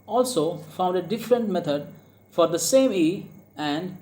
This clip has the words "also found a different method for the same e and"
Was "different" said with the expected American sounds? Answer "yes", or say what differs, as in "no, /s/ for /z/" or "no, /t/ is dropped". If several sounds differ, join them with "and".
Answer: yes